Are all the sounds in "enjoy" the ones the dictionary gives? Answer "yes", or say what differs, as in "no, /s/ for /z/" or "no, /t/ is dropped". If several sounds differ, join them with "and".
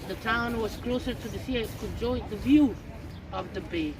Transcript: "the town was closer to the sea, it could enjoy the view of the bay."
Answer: no, /n/ is dropped